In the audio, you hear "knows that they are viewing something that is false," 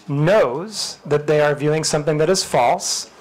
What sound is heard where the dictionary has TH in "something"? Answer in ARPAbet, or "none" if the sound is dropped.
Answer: TH